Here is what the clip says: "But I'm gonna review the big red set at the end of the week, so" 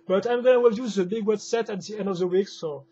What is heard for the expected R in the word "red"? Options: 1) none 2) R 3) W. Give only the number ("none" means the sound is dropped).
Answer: 3